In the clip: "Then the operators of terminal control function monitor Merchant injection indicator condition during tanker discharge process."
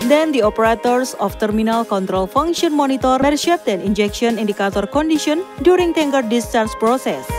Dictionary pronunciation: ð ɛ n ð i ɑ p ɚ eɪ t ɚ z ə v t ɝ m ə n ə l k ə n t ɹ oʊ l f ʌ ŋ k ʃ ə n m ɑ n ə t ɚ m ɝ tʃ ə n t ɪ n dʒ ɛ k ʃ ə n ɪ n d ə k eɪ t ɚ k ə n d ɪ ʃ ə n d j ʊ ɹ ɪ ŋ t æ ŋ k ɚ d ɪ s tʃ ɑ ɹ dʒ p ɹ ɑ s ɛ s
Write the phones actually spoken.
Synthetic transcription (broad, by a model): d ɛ n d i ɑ p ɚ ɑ t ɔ s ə f t ɝ m ə n ə l k ə n t ɹ oʊ l f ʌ ŋ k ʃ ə n m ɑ n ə t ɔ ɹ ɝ ʃ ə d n ɪ n dʒ ɛ k ʃ ə n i n d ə k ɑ t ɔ k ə n d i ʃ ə n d j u ɹ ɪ ŋ t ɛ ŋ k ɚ d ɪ s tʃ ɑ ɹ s p ɹ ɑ s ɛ s